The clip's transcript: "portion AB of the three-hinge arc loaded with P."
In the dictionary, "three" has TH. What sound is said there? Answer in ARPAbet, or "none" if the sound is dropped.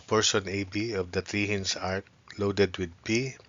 T